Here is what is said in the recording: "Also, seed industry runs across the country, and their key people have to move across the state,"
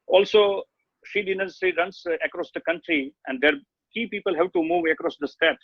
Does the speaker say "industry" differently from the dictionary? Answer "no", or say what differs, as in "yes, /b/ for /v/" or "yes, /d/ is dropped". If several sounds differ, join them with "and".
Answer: yes, /s/ is dropped